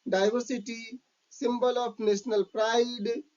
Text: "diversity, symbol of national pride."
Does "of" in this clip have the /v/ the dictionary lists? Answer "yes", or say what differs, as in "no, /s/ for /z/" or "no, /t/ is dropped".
no, /p/ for /v/